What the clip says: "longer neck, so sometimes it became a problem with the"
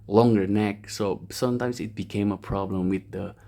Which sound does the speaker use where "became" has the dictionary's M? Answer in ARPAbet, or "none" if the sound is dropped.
M